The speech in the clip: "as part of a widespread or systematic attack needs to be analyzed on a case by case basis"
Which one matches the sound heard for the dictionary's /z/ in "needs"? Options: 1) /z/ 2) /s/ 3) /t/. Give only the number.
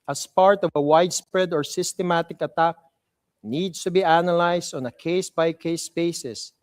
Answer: 2